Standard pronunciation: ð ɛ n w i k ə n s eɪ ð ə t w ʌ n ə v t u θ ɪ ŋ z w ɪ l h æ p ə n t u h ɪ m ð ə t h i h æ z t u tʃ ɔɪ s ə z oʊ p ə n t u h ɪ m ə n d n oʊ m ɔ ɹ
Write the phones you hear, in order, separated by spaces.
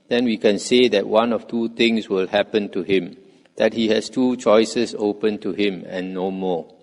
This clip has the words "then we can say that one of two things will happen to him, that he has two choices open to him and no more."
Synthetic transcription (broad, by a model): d ɛ n w i k ə n s eɪ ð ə t w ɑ n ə f t u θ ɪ ŋ s w ɪ l h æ p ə n t u h ɪ m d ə t h i h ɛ s t u tʃ ɔɪ s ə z oʊ p ə n t u h ɪ m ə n n oʊ m ɔ